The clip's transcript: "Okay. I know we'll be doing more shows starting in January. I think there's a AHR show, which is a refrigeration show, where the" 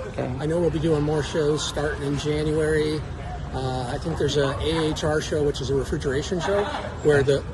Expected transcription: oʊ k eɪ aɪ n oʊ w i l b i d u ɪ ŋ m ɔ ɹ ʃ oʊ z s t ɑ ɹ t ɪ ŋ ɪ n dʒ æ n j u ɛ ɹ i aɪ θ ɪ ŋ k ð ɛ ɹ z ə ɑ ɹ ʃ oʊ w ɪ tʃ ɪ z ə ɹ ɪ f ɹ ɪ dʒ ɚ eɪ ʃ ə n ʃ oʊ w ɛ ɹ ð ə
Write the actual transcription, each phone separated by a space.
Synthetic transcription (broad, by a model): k aɪ n oʊ w i l b i d u ɪ ŋ m ɔ ɹ ʃ oʊ z s t ɑ ɹ t ɪ ŋ ɪ n dʒ æ n j u ɛ ɹ i aɪ θ ɪ ŋ k ð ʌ ɹ z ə ɑ ɹ ʃ oʊ w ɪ tʃ ɪ z ə ɹ ɪ f ɹ ɪ dʒ ɚ eɪ ʃ ə n ʃ oʊ w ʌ ɹ ð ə